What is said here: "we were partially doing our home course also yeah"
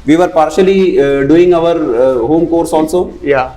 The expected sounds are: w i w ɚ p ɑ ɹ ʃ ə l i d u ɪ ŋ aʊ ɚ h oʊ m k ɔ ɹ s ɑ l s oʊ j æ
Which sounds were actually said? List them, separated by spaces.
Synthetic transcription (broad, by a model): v i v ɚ p ɑ ɹ ʃ ə l i d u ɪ ŋ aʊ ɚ h oʊ m k ɔ ɹ s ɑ n s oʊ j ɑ